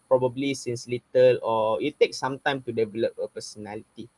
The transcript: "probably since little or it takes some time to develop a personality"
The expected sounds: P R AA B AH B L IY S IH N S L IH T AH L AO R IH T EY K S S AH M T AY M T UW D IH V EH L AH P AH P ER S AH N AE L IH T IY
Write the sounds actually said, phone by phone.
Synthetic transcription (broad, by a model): P R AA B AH B L IY S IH N S L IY T AH L AO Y IH T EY K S S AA M T AY M T UW D IH V EH L AH P AH P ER S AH N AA L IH T IY